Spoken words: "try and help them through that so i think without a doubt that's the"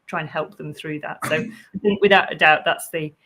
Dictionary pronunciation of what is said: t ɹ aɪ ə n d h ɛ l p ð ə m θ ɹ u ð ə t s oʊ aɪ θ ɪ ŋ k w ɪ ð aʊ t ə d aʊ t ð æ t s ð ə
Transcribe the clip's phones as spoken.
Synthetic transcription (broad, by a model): t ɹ aɪ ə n h ɛ l p ð ə m θ ɹ u ð ə t s oʊ aɪ θ ɪ ŋ k w ɪ ð aʊ t ə d aʊ t ð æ t s ð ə